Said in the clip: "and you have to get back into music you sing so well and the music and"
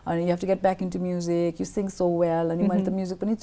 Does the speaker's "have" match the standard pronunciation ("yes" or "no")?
no